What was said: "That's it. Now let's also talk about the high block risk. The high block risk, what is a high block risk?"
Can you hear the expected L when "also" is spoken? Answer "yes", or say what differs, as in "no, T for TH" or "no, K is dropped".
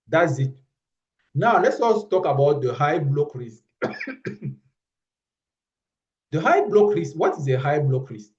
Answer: no, L is dropped